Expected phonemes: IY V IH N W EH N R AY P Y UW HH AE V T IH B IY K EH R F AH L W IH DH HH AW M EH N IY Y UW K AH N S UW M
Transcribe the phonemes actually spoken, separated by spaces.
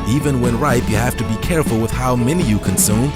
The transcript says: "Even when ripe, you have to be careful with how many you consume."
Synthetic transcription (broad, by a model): IY V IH N W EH N R AY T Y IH HH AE F T IH B IY K EH R F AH L W IH DH HH AW M EH N IY Y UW K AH N S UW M